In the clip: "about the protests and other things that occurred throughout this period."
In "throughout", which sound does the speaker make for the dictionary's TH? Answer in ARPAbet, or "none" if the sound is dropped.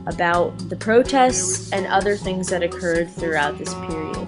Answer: TH